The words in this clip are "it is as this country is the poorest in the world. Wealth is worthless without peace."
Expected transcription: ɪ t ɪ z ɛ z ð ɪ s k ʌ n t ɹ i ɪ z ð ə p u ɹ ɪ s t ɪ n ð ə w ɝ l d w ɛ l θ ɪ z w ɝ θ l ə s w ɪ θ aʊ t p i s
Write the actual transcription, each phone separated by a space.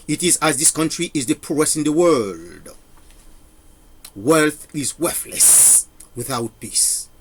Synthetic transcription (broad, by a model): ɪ t ɪ z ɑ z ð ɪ s k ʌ n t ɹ i ɪ z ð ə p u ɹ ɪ s ɪ n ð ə w ɝ l d w ɛ l θ ɪ z w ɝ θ l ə s w ɪ θ aʊ t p i s